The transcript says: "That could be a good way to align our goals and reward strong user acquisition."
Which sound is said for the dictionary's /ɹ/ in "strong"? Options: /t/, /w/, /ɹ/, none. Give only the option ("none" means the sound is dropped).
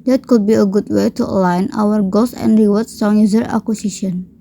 none